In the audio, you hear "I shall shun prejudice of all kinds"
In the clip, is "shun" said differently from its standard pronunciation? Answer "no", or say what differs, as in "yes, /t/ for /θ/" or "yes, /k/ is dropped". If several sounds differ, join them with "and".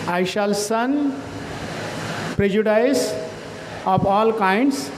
yes, /s/ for /ʃ/